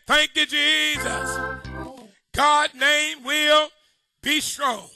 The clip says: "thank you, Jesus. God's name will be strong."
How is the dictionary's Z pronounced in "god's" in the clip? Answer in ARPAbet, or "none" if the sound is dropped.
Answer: none